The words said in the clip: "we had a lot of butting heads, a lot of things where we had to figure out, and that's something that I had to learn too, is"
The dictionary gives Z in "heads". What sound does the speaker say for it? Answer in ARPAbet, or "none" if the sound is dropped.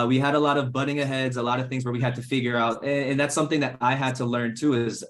Z